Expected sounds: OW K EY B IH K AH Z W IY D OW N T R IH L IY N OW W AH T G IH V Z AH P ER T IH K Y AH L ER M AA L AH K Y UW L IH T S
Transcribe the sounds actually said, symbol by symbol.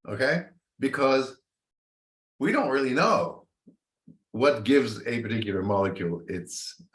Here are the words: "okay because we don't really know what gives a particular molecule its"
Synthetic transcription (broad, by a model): OW K EY B IH K AH Z W IY D OW N T R IH L IY N OW W AH T G IH V Z AH P ER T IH K Y L ER M AA L AH K Y UW L IH T S